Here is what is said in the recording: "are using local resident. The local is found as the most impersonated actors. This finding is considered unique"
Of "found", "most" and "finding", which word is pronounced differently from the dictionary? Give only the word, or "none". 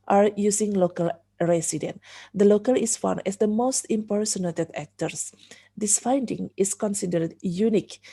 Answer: found